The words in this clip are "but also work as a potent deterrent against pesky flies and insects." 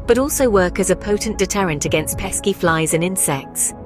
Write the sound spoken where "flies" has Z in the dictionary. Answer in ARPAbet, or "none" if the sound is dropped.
Z